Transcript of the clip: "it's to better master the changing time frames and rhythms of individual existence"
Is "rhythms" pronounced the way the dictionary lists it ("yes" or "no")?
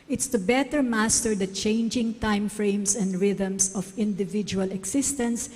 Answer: no